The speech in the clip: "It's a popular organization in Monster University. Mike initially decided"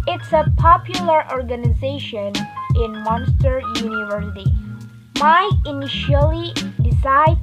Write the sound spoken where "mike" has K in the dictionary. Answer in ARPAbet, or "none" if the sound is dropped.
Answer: none